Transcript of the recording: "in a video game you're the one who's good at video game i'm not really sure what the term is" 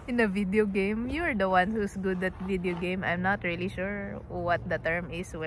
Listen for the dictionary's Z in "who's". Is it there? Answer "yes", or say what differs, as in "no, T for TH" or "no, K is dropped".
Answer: no, S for Z